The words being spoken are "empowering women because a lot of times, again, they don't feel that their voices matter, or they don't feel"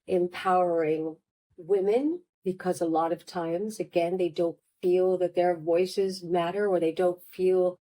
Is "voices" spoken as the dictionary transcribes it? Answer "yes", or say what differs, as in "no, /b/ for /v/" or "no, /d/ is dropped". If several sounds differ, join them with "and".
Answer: yes